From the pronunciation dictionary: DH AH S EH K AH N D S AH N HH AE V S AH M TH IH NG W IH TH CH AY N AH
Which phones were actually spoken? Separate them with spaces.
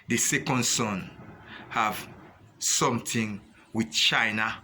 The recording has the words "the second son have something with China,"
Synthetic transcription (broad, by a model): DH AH S EH K AH N D S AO N HH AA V S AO M T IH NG W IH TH CH AY N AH